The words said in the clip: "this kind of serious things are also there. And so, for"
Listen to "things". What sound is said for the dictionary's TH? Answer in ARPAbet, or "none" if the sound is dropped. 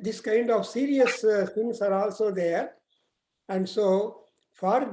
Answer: S